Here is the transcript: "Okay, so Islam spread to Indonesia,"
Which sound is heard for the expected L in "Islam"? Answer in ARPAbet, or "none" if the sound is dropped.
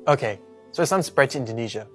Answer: none